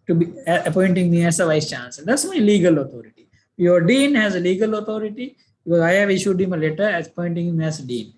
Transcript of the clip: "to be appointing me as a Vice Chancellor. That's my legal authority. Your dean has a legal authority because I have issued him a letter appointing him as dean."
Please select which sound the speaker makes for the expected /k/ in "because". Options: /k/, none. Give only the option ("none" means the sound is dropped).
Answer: none